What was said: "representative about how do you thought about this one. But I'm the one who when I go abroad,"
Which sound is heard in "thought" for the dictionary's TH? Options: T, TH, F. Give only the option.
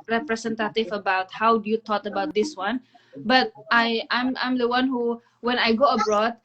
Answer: T